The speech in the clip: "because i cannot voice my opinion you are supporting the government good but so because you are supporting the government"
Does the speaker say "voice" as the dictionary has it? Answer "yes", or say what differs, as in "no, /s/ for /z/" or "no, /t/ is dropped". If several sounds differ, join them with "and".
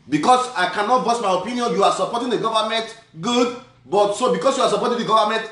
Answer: no, /b/ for /v/